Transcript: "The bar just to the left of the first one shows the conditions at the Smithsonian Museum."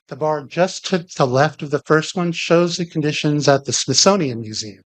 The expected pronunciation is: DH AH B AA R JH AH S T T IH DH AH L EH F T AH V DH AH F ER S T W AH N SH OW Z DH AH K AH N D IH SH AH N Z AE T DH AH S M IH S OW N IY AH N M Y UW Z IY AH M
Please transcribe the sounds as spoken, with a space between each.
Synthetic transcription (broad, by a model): DH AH B AA R JH AH S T T IH DH AH L EH F T AH V DH AH F ER S T W AH N SH OW Z DH AH K N D IH SH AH N Z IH T DH AH S M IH S OW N IY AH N M Y UW Z IY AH M